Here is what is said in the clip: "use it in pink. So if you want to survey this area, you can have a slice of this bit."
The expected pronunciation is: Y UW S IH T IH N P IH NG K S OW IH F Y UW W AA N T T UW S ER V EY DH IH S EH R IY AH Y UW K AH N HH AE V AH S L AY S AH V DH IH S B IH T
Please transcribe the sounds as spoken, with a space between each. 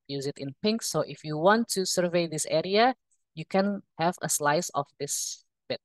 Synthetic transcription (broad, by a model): Y UW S IH T IH N P IH NG K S OW IH F Y UW W AA N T T UW S ER V EY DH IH S EH R IY AH Y UW K AH N HH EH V AH S L AY S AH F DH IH S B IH T